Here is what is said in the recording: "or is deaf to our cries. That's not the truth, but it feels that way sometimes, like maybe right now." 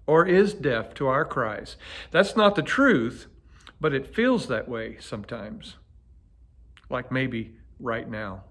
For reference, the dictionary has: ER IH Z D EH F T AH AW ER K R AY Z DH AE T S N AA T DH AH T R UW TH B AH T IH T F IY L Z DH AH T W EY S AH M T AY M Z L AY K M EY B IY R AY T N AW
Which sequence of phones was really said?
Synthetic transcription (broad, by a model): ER IH Z D EH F T AH AW ER K R AY Z DH AE T S N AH T DH AH T R UW TH B AH T IH T F IY L Z DH AH T W EY S AH M T AY M Z L AY K M EY B IY R AY T N AW